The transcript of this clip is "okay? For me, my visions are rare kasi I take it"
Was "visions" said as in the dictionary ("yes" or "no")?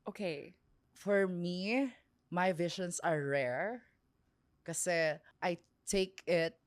no